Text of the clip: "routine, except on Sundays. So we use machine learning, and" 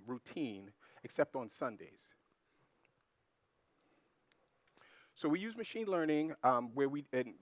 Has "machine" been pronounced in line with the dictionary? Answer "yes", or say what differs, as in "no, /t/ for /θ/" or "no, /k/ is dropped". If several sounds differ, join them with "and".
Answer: yes